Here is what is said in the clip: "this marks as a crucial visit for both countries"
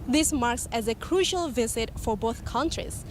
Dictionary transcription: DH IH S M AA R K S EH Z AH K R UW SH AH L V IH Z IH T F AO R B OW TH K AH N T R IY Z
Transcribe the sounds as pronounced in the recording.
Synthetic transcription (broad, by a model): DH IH S M AA R K S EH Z AH K R UW SH AH L V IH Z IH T F AO R B OW TH K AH N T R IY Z